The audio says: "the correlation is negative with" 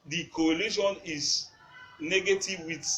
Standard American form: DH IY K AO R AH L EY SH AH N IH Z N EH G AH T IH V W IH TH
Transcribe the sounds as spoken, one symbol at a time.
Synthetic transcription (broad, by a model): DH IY K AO AH L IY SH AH N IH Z N EH G AH T IH V W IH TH